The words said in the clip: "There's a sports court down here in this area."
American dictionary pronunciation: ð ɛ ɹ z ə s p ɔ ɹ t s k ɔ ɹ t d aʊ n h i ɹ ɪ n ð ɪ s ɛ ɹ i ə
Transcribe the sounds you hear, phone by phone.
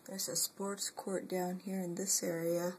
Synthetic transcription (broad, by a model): ð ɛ ɹ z ə s p ɔ ɹ t s k ɔ ɹ t d aʊ n h i ɹ ɪ n ð ɪ s ɛ ɹ i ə